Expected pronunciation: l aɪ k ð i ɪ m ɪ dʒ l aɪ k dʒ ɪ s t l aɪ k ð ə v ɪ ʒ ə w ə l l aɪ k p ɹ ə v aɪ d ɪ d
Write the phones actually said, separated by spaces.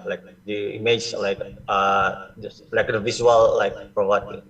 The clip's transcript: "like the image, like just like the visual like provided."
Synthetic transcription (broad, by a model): l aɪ k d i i m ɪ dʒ l aɪ k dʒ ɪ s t l aɪ k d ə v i s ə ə l l aɪ k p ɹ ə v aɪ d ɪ